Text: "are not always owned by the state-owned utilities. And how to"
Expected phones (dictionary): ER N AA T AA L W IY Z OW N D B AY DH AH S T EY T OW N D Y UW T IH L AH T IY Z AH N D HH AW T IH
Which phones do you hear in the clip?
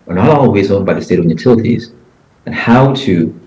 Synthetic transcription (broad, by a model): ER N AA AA W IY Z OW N B AY DH AH S T EY T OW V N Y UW T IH L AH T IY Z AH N HH AW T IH